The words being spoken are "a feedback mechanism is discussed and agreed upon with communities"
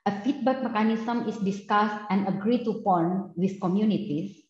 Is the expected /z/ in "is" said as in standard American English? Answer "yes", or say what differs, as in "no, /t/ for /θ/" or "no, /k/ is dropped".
no, /s/ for /z/